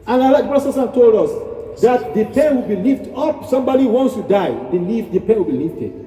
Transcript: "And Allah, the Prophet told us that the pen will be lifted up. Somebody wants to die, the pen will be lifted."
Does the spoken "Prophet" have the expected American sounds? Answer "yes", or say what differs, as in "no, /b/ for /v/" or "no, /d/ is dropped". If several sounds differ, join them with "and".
no, /b/ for /p/